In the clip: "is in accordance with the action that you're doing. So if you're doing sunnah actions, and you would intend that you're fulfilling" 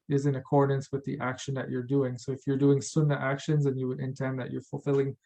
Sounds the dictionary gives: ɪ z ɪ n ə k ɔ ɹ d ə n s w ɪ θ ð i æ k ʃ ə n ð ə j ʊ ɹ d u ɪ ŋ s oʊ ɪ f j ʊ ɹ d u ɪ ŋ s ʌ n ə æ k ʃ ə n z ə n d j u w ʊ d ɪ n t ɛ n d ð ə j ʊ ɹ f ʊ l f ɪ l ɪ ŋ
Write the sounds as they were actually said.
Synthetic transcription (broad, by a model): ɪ z ɪ n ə k ɔ ɹ d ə n s w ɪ ð i æ k ʃ ə n ð ə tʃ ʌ ɹ d u ɪ ŋ s oʊ ɪ f j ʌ ɹ d u ɪ ŋ s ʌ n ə æ k ʃ ə n z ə n j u w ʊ d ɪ n t ɛ n ð ə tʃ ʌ ɹ f l f ɪ l ɪ ŋ